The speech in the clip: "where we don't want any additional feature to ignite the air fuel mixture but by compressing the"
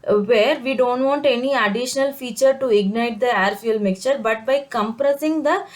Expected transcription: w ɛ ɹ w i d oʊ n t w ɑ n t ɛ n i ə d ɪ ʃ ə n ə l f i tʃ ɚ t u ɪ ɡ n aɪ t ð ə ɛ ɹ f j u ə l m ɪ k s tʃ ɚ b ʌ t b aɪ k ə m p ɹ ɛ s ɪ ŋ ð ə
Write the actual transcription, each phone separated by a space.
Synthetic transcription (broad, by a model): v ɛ ɹ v i d oʊ n t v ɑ n t ɛ n i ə d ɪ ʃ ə n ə l f i tʃ ɚ t u ɪ ɡ n aɪ t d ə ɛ ɹ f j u l m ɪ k tʃ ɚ b ʌ t b aɪ k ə m p ɹ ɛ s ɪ ŋ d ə